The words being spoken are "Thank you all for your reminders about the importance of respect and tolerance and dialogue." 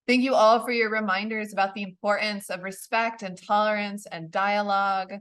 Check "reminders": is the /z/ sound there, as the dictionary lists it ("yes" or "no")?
yes